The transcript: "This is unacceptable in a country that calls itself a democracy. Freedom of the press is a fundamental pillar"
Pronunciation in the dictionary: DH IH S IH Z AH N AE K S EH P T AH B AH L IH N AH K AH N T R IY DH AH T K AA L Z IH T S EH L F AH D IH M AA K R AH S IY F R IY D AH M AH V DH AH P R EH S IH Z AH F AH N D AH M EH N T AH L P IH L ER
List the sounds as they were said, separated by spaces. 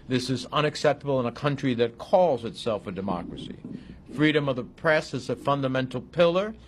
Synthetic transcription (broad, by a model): DH IH S IH Z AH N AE K S EH P T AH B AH L IH N AH K AH N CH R IY DH AH T K AA L Z IH T S EH L F AH D IH M AA K R AH S IY F R IY D AH M AH V DH AH P R EH S IH Z AH F AH N D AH M EH N T L P IH L ER